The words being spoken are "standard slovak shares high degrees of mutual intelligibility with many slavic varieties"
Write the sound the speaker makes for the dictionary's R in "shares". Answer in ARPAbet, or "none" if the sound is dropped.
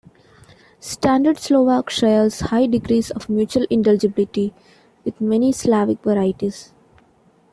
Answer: L